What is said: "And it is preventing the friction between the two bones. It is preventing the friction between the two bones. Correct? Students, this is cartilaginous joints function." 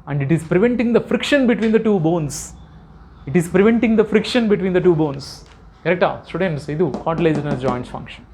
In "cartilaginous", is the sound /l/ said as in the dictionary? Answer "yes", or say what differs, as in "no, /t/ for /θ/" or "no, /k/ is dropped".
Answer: no, /l/ is dropped